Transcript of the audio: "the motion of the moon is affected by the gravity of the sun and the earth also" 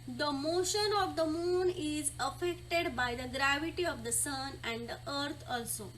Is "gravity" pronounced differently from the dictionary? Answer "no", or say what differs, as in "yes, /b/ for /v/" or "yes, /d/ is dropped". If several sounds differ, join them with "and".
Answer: no